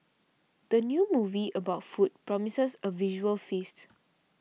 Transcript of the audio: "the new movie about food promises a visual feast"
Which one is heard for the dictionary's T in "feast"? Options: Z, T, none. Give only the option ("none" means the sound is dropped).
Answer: T